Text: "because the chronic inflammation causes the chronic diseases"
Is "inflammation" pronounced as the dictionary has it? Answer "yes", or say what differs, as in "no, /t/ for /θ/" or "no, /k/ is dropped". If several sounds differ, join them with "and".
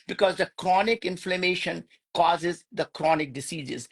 yes